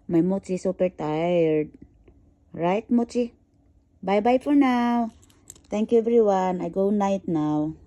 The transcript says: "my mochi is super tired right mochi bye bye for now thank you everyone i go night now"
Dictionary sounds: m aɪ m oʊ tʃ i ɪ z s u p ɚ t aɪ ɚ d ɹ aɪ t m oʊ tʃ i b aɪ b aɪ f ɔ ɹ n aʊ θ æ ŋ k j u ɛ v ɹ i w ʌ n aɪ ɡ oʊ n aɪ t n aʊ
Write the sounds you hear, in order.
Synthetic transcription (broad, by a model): m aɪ m oʊ tʃ i s u p ɚ t aɪ ɚ d ɹ aɪ t m oʊ tʃ i b aɪ b aɪ f ɔ ɹ n aʊ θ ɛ ŋ k j u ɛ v ɹ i w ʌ n aɪ ɡ oʊ n aɪ t n aʊ